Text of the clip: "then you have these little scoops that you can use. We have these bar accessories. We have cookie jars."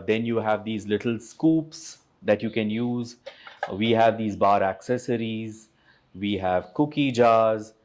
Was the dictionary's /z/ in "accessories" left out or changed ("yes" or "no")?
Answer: no